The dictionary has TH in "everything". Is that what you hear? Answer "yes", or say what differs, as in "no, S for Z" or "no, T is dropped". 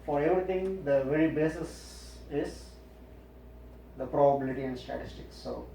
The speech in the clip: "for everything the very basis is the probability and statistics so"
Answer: no, T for TH